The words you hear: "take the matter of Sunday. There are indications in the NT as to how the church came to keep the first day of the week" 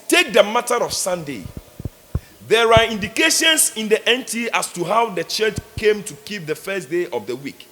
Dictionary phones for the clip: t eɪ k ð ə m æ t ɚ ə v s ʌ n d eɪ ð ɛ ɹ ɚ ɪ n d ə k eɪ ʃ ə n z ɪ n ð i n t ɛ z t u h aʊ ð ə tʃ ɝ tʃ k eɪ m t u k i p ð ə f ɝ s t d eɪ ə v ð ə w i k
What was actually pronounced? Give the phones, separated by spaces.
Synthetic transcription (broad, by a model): t eɪ k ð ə m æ t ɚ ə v s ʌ n d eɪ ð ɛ ɹ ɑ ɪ n d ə k eɪ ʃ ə n s ɪ n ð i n t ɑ s t u h aʊ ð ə tʃ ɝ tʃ k eɪ m t u k i p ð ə f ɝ s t d eɪ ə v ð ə w i k